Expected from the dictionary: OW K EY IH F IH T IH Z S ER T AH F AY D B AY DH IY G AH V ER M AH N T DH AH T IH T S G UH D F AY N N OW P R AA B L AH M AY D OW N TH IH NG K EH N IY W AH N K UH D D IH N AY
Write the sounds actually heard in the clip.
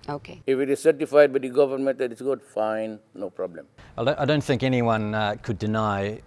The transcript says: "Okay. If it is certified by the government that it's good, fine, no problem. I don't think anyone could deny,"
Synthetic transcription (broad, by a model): OW K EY IH F IH T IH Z S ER T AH F AY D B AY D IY G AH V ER M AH N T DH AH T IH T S G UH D F AY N N OW P R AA B L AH M AY D OW N TH IH NG K EH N IY W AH N K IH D D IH N AY